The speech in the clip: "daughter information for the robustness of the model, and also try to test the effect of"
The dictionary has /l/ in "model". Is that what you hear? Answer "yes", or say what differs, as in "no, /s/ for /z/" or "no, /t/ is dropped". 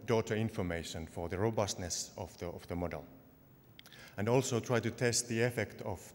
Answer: yes